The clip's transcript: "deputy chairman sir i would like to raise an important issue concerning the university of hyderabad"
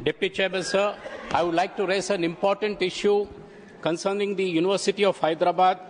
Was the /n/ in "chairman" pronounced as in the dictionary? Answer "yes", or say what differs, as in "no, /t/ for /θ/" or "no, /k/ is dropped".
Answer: no, /l/ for /n/